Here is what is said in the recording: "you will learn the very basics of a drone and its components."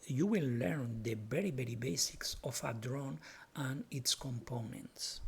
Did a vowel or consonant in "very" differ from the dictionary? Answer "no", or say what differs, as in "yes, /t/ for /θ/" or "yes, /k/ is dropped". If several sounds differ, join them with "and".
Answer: yes, /b/ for /v/